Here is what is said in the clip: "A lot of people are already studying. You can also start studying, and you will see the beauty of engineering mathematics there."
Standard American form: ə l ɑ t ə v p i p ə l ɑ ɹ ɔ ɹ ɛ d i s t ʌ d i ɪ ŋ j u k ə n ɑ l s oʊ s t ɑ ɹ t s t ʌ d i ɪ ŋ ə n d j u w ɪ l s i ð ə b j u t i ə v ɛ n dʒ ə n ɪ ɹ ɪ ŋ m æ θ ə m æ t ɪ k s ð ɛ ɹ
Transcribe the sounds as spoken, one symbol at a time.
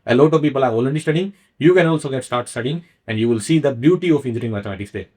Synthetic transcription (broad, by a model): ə l ɑ t ə v p i p ə l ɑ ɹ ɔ l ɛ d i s t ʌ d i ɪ ŋ j u k ə n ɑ l s oʊ s t ɑ ɹ t s t ʌ d i ɪ ŋ ə n d j u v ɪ l s i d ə b j u t i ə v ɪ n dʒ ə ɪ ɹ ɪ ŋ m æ t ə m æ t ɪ k s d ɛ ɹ